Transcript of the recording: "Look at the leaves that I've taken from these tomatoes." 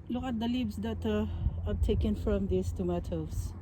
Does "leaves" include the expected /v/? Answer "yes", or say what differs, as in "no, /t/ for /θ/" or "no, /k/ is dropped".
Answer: no, /b/ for /v/